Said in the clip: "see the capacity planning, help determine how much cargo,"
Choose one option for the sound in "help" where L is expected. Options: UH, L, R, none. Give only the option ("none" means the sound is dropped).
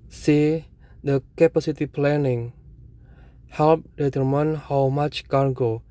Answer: L